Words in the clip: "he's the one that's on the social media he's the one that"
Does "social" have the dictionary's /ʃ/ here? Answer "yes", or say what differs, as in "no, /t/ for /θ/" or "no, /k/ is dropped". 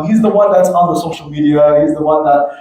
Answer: yes